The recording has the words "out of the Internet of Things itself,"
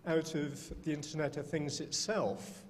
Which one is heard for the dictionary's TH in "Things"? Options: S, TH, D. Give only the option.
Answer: TH